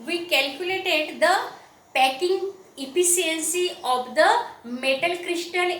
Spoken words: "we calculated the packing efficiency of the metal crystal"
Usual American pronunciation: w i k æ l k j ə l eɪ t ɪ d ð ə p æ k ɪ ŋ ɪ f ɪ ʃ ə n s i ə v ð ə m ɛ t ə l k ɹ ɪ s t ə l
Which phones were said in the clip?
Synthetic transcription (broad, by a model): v i k æ l k j ə l eɪ t ɪ d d ə p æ k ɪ ŋ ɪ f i s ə n s i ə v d ə m ɛ t ə l k ɹ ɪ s t ə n